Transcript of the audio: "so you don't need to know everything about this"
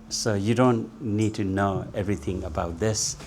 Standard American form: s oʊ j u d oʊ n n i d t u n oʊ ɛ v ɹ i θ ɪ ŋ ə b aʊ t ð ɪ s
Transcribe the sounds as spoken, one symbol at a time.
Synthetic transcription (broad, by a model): s oʊ j u d oʊ n n i d t u n oʊ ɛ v ɹ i t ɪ ŋ ə b aʊ t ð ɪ s